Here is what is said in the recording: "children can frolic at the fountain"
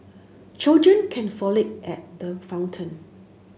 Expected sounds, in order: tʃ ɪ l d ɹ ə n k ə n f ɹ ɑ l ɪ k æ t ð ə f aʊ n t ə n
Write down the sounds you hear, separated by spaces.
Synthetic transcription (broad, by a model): tʃ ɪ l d ɹ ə n k ə n f ɑ l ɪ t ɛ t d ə f aʊ n t ə n